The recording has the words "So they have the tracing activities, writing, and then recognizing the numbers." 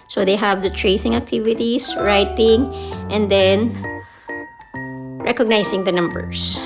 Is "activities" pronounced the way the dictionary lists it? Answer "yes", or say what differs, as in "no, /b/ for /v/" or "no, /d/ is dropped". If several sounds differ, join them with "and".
no, /s/ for /z/